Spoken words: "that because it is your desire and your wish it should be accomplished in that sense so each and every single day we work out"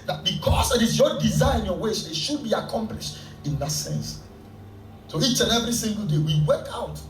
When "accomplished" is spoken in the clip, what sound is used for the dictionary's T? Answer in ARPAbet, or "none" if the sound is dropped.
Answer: T